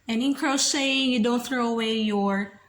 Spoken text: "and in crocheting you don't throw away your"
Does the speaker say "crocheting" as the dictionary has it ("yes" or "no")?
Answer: no